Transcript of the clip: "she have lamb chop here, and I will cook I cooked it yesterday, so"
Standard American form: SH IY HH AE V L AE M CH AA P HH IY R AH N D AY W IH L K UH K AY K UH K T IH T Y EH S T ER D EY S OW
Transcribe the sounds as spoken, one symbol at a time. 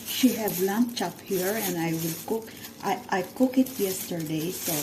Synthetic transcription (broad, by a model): SH IY HH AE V L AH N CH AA P HH IY R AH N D AY W IH L K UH K AY K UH K IH T Y EH S T ER D EY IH